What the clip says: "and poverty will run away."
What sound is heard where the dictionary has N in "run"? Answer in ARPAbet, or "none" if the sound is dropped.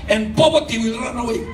N